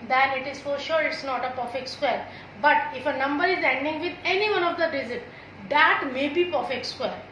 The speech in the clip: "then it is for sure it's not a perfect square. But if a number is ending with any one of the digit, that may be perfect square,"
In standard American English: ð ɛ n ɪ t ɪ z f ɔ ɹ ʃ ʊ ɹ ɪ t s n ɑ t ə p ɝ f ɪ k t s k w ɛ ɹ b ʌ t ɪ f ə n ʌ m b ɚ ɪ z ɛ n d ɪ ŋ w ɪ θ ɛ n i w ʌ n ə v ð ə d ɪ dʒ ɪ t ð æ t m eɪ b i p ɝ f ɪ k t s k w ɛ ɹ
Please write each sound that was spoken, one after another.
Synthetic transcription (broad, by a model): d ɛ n ɪ t ɪ z f ɔ ɹ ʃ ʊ ɹ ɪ t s n ɑ t ə p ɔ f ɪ k s k w ɛ ɹ b ʌ t ɪ f ə n ʌ m b ɚ ɪ z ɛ n d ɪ ŋ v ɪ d ɛ n i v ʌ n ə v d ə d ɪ z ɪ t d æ t m eɪ b i p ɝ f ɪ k s k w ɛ ɹ